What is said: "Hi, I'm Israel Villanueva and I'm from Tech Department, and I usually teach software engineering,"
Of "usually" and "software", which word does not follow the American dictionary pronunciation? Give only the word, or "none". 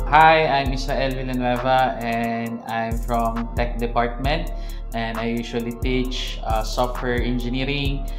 usually